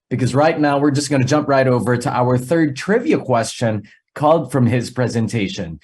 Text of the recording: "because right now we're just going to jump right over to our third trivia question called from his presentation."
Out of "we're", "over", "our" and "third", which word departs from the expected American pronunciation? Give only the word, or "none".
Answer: none